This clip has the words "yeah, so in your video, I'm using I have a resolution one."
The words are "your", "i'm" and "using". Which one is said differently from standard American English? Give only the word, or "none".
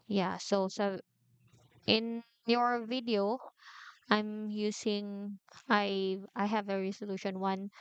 using